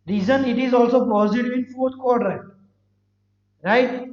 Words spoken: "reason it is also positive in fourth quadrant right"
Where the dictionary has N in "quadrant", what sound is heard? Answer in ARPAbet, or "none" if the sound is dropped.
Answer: none